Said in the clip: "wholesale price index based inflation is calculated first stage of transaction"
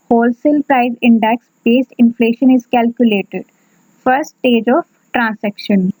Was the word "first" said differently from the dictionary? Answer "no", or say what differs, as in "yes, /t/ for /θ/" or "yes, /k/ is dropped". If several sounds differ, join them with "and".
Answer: yes, /s/ is dropped